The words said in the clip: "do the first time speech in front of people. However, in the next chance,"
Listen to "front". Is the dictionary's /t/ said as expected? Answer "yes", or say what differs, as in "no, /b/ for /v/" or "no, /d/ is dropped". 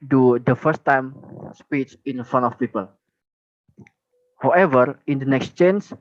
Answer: no, /t/ is dropped